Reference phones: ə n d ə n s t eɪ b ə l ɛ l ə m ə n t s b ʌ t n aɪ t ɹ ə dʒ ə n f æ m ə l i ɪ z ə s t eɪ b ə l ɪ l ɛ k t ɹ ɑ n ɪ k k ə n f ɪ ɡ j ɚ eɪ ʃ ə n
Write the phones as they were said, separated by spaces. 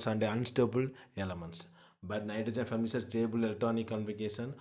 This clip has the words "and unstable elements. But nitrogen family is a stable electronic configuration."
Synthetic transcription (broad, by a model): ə n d ə n s t eɪ b ə l ɛ l ə m ə n t s b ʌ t n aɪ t ə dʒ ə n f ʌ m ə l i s ə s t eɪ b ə l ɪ l t ɑ n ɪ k k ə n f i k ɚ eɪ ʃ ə n